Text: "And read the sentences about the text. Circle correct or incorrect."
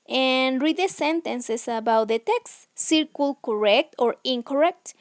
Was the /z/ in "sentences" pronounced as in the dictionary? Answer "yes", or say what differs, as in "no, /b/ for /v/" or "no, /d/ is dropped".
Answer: no, /s/ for /z/